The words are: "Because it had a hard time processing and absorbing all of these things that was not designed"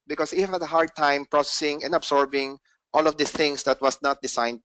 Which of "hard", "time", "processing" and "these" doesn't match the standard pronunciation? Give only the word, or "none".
these